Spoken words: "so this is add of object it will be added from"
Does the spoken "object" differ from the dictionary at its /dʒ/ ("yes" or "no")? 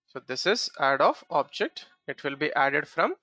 no